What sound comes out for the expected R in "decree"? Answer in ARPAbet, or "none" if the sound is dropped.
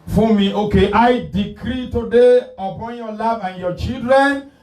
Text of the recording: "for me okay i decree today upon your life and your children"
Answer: R